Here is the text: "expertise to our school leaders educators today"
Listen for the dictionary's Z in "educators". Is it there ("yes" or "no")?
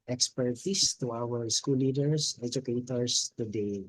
no